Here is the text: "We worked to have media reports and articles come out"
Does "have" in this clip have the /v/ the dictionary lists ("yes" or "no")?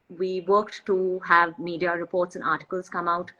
yes